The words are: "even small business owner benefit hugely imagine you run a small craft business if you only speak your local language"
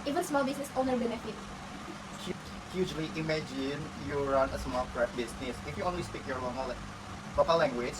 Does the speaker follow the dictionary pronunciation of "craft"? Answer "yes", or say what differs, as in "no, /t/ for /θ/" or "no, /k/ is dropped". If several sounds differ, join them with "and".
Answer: no, /f/ is dropped